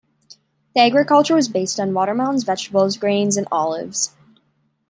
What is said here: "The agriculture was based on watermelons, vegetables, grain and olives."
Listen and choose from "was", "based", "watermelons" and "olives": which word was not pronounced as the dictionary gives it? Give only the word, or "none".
watermelons